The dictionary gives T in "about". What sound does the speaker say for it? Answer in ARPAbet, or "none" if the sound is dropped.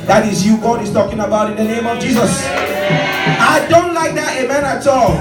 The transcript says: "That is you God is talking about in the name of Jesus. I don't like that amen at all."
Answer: T